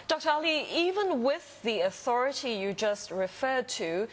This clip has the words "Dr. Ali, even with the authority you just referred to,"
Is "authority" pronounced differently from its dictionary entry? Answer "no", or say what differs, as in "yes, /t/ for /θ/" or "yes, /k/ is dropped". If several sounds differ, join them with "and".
no